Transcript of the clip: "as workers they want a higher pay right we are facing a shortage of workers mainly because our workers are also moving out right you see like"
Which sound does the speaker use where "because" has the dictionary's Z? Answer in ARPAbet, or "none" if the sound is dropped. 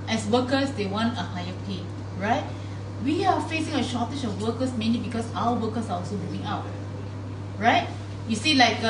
S